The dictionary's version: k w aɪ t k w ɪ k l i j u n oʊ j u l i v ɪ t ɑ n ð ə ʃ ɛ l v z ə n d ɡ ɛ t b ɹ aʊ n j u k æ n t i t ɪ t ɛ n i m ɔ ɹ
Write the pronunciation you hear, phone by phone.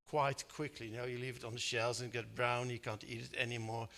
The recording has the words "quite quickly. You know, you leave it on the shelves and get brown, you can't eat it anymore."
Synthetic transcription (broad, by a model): k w aɪ t k w ɪ k l i n oʊ j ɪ l i v ɪ t n ð ə ʃ ɛ l z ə n ɡ ɛ t b ɹ aʊ n j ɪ k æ n t i t ɪ t ɛ n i m ɔ ɹ